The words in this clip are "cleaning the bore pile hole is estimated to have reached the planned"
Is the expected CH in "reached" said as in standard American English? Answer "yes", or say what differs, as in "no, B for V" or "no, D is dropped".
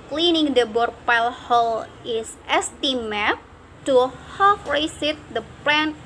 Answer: no, S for CH